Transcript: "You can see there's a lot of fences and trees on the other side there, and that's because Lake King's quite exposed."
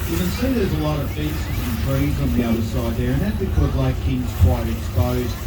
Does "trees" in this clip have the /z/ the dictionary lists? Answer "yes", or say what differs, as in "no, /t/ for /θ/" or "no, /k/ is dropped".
yes